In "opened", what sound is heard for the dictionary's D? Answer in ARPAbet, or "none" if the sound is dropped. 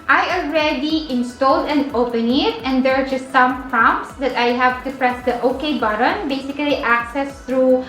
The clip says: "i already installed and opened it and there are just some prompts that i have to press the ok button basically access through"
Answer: none